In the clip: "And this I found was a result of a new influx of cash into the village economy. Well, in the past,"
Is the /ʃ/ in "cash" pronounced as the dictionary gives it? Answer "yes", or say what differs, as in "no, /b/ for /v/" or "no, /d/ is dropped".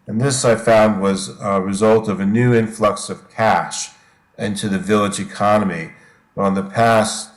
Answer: yes